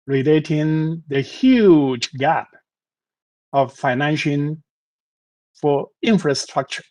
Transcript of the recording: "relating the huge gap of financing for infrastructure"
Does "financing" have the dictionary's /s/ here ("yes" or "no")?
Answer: no